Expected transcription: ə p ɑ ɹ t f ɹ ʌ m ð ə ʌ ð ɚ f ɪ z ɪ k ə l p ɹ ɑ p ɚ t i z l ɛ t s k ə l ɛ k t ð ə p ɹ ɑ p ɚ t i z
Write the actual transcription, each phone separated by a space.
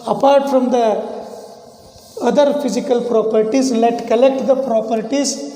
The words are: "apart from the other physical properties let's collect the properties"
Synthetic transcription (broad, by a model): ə p ɑ ɹ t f ɹ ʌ m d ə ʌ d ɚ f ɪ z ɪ k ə l p ɹ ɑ p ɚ t i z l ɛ t k ə l ɛ k t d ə p ɹ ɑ p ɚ t i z